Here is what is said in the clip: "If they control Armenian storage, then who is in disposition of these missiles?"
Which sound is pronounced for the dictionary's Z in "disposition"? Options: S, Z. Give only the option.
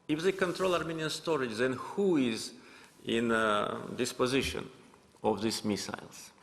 Z